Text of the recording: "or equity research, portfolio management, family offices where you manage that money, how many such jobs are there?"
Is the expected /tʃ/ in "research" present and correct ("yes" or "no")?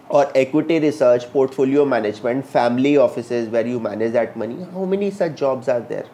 yes